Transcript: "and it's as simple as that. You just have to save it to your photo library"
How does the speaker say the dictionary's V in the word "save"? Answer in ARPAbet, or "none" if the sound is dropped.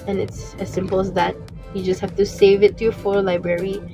V